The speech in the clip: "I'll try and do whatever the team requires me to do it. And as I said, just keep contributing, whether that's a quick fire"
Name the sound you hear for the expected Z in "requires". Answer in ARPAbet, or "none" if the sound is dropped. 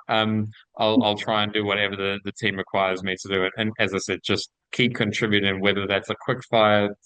Z